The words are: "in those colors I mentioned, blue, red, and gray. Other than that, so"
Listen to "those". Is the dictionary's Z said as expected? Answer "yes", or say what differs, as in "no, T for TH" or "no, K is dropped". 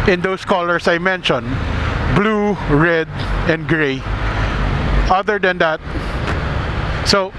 no, S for Z